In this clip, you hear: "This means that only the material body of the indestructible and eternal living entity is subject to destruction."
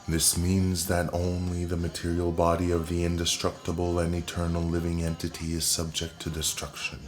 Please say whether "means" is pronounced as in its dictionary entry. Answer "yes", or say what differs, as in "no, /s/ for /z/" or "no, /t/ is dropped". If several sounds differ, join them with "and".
yes